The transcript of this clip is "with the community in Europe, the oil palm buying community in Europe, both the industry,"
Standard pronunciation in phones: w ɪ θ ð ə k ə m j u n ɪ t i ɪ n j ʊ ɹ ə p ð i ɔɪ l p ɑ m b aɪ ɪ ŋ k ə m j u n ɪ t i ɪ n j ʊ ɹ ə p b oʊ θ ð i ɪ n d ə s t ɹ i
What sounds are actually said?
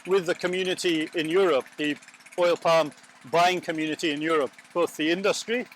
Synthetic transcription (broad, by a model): w ɪ ð ə k ə m j u n ɪ t i ɪ n j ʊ ɹ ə p ð i ɔɪ l p ɑ m b aɪ ɪ ŋ k ə m j u n ɪ t i ɪ n j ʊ ɹ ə p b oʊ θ ð i ɪ n d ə s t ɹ i